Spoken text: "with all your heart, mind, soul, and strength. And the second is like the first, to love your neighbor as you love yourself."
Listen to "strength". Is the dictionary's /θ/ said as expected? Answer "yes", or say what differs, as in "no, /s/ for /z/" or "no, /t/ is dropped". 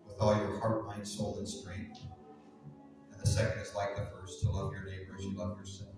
yes